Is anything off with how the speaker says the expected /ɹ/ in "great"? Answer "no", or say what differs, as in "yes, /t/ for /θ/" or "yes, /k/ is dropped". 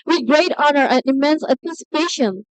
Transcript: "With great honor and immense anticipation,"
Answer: no